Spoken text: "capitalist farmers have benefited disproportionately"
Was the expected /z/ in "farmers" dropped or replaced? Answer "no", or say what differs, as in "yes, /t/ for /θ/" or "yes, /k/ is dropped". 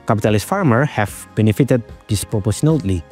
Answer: yes, /z/ is dropped